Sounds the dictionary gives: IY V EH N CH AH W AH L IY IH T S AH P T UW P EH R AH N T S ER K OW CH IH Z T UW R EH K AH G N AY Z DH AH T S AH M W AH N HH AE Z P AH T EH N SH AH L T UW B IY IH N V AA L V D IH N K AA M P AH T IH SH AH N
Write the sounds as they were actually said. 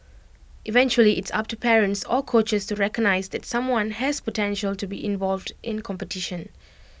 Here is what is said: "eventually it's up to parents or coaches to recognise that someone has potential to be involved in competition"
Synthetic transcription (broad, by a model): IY V EH N CH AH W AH L IY IH T S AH P T UW P EH R AH N T S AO K OW CH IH S T UW R EH K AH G N AY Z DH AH T S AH M W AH N HH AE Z P AH T EH N SH AH L T UW B IY IH N V AA L V D IH N K AA M P AH T IH SH AH N